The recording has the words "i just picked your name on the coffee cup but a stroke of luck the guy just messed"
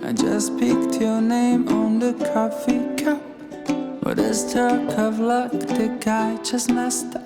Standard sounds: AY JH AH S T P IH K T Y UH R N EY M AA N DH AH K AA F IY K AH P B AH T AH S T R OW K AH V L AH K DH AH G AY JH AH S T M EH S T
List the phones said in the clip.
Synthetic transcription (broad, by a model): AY JH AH S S P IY K T Y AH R N EY M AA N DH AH K AA F IY K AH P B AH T AH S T OW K AH V L AH K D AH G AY CH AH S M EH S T